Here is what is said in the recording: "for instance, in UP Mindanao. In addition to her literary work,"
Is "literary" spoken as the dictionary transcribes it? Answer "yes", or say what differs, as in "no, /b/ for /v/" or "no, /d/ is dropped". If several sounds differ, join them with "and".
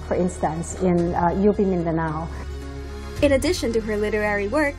yes